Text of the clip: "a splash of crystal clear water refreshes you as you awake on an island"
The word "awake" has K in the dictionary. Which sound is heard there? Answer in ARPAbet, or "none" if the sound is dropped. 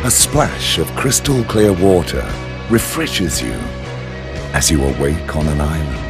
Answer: K